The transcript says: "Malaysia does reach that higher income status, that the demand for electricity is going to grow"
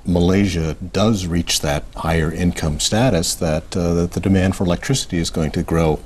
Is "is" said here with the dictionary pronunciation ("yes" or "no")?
yes